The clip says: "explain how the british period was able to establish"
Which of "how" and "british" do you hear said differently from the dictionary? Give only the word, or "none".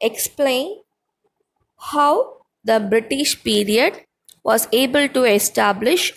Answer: none